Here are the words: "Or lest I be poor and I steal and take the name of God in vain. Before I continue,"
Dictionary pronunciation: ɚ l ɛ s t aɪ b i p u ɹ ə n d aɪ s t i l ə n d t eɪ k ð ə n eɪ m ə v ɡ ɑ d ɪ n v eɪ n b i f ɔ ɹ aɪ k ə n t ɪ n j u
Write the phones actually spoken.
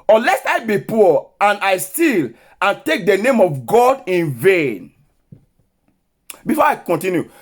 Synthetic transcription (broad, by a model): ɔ l ɛ s aɪ b i p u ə n aɪ s t i l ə n t eɪ k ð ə n eɪ m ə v ɡ ɑ d ɪ n v eɪ n b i f ɔ aɪ k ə n t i n j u